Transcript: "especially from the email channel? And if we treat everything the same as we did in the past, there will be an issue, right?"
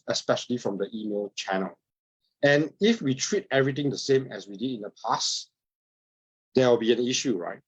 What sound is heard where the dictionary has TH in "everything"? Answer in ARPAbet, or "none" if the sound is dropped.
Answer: T